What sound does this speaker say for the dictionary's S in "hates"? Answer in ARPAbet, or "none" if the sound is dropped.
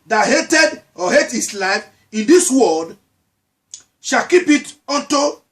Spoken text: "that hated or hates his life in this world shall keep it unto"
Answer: none